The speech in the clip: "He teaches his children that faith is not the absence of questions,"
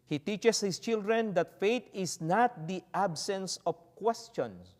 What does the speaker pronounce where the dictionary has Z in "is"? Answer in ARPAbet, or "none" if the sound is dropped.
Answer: S